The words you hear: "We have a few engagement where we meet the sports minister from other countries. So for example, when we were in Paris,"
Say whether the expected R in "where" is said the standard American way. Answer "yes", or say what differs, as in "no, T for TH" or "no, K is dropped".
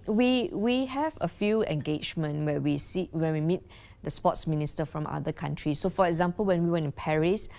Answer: no, W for R